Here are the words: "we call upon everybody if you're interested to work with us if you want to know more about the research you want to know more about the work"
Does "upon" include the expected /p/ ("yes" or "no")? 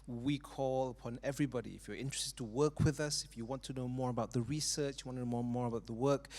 yes